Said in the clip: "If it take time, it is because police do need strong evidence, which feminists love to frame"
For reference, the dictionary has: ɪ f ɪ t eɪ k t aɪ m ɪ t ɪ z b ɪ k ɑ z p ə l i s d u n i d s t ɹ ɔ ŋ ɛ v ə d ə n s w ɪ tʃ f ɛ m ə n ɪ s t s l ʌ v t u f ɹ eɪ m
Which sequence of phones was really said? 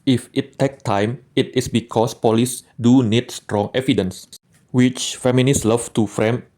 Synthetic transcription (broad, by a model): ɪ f ɪ t eɪ k t aɪ m ɪ t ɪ s b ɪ k ɑ s p ə l i s d u n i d s t ɹ ɔ ŋ ɛ v ə d ə n s w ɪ tʃ f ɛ m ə n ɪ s s l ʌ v t u f ɹ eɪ m